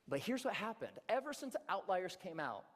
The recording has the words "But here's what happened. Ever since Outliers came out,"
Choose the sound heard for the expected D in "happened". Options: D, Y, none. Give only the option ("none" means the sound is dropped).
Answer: D